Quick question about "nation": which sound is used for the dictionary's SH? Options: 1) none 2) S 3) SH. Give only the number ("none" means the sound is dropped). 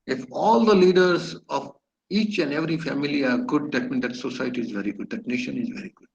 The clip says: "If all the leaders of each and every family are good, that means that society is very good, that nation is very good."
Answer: 3